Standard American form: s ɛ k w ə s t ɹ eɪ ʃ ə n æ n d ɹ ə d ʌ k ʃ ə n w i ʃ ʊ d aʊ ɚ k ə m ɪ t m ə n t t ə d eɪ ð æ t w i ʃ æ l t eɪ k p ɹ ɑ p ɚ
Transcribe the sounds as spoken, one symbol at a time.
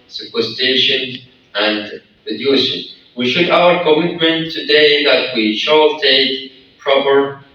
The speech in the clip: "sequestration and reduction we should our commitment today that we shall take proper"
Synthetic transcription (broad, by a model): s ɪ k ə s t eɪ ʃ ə n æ n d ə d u ʃ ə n w i ʃ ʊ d aʊ ɚ k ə m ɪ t m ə n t t ə d eɪ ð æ t w i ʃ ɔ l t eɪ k p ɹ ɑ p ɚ